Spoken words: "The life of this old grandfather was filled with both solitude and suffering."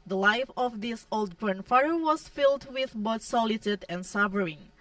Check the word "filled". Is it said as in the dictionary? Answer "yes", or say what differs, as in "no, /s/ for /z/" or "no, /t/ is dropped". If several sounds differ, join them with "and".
yes